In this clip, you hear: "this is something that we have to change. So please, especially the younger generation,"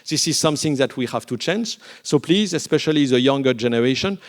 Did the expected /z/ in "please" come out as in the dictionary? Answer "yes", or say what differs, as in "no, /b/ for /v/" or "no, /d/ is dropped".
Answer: yes